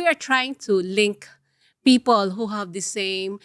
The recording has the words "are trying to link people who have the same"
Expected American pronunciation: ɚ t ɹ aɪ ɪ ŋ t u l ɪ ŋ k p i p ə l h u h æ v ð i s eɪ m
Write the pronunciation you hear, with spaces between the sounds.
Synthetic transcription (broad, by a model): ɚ t ɹ aɪ ɪ ŋ t u l ɪ ŋ k p i p ə l h u h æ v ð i s eɪ m